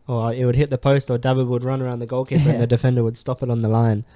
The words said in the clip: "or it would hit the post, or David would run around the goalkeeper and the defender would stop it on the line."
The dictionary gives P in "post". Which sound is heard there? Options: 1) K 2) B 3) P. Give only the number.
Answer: 3